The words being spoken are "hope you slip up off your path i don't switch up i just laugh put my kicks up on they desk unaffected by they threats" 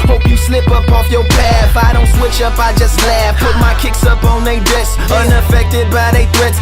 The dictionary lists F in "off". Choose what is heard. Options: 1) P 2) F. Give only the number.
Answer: 2